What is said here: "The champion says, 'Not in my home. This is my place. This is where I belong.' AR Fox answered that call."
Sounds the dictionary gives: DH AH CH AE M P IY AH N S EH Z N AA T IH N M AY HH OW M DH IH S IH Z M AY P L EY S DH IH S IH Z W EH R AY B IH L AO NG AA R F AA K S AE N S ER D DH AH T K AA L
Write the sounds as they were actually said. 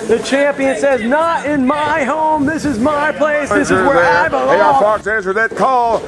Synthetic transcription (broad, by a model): DH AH CH AE M P IY AH N S EH Z N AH T IH N M AY HH OW M DH IH S IH Z M AY P L EY S DH IH S IH Z W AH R AY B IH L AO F AA R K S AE N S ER DH AH T K AA L